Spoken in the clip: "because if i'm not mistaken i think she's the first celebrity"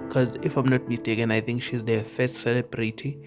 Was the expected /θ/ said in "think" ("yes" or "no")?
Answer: no